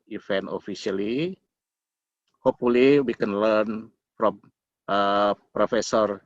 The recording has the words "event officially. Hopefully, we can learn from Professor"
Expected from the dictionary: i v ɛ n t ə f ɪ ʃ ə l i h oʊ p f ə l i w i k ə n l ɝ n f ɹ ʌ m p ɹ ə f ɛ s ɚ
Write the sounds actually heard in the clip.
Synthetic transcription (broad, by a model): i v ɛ n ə f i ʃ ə l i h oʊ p ə l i w i k ə n l ɝ n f ɹ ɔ m p ɹ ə f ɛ s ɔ